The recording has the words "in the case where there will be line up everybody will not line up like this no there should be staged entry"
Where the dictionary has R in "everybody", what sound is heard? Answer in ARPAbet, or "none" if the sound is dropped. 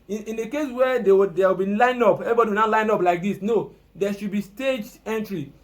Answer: none